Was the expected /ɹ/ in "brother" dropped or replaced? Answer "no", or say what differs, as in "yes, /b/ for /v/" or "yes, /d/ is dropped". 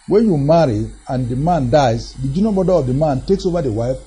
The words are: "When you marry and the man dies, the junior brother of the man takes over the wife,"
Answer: yes, /ɹ/ is dropped